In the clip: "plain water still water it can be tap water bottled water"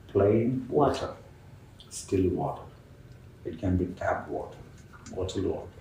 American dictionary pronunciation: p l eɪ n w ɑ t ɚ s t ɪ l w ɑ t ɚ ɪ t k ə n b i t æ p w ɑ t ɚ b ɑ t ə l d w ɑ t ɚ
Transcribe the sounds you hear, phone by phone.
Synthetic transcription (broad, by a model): p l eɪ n w ɑ t ɚ s t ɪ l w ɑ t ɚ ɪ t k ə n b i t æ b w ɑ t ɚ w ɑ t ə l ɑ